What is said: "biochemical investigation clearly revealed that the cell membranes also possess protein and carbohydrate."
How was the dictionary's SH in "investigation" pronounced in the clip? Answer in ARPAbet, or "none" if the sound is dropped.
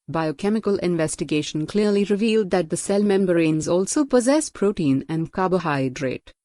SH